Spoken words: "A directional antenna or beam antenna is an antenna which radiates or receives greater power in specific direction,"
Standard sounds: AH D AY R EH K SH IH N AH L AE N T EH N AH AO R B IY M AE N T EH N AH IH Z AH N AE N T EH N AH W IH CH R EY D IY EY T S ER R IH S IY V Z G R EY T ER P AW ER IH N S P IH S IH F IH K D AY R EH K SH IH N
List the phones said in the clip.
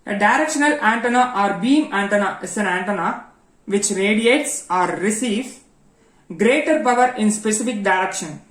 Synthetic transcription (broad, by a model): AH D AY R EH K SH IH N AH L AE N T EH N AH AO R B IY M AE N T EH N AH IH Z AH N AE N T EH N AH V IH CH R EY D IY EY T S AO R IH S IY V G R EY T ER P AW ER IH N S P IH S IH F IH K D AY R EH K SH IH N